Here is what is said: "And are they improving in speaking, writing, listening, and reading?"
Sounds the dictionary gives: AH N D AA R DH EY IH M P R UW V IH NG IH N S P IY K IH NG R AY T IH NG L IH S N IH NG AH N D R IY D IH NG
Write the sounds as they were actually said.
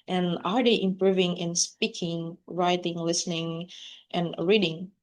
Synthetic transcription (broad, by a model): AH N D AA R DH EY IH M P R UW V IH NG IH N S P IY K IH NG R AY T IH NG L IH S N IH NG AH N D R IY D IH NG